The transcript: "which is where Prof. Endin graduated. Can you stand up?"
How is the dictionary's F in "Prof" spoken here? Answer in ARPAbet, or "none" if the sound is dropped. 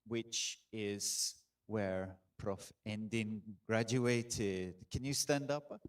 F